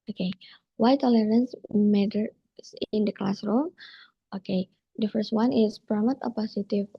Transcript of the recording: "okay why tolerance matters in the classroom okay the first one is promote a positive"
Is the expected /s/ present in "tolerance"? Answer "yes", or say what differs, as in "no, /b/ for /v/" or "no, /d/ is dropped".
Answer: yes